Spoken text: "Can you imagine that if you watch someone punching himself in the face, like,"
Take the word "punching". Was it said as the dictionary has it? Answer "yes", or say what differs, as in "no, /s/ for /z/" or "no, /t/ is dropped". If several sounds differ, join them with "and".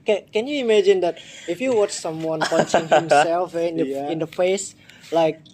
no, /n/ is dropped